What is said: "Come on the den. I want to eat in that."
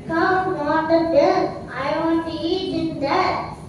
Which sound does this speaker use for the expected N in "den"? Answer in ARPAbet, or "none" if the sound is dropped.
L